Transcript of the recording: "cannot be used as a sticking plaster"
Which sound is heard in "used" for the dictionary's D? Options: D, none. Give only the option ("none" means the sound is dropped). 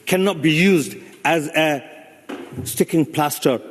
D